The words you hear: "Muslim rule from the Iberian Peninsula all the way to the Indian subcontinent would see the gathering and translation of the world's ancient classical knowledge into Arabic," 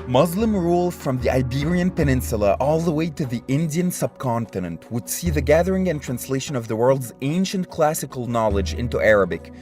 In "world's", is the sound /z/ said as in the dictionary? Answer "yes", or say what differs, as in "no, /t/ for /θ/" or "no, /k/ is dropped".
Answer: yes